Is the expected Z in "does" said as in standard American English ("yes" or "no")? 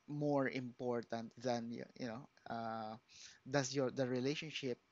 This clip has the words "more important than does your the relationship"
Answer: no